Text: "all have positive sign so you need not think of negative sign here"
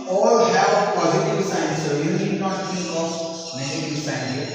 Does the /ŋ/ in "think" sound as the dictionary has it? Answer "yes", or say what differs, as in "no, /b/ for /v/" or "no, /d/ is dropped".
no, /ŋ/ is dropped